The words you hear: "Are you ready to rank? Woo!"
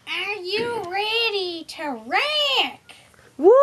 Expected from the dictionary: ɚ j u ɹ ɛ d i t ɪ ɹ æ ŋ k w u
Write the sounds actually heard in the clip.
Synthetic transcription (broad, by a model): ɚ j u ɹ ɛ d i t ɪ ɹ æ k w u